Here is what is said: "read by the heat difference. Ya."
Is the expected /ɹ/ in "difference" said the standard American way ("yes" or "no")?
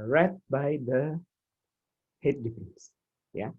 no